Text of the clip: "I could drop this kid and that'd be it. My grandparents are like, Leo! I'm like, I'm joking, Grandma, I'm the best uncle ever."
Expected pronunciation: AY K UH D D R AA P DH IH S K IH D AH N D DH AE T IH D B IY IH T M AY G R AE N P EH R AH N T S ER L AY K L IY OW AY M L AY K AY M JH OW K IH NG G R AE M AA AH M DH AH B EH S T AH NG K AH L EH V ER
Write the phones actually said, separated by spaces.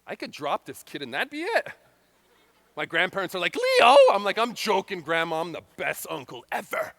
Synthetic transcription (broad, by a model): AY K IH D D R AA P DH IH S K IH D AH N DH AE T B IY IH T M AY G R AE N P EH R AH N T S ER L AY K L IY OW AY M L AY K AY M JH OW K IH NG G R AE M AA AH M DH AH B EH S T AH NG K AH L EH V ER